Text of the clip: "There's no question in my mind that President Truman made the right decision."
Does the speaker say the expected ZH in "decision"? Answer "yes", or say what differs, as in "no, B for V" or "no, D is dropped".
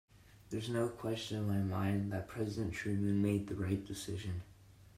yes